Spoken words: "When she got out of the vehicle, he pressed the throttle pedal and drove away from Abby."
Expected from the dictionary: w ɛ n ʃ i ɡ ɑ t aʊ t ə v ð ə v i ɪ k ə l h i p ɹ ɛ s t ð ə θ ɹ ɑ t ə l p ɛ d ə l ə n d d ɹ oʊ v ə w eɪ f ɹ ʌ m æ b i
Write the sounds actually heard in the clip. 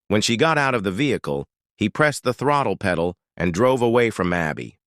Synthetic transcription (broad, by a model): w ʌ n ʃ i ɡ ɑ t aʊ t ə v ð ə v i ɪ k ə l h i p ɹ ɛ s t ð ə θ ɹ ɑ t l p ɛ d l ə n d d ɹ oʊ v ə w eɪ f ɹ ʌ m æ b i